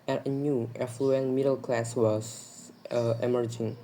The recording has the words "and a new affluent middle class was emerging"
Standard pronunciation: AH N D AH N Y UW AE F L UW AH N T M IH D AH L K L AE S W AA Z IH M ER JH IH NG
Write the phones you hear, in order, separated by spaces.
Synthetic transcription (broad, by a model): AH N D AH N Y UW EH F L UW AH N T M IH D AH L K L AE S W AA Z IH M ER JH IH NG